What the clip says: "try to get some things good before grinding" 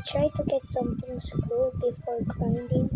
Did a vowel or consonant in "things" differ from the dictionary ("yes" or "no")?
yes